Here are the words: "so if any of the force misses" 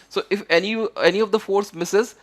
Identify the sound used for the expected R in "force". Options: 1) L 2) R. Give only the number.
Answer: 2